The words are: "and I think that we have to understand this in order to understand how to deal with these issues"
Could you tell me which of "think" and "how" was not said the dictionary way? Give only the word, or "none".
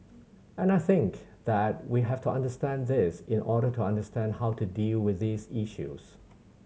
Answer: none